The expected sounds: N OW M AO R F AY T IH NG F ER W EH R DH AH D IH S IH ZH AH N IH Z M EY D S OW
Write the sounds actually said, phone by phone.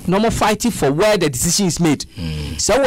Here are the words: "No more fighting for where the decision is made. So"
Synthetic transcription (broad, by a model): N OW M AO F AY T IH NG F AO W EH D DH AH D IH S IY SH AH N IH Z M EY D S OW